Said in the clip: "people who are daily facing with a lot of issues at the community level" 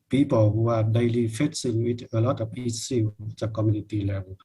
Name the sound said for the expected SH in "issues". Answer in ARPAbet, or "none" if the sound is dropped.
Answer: S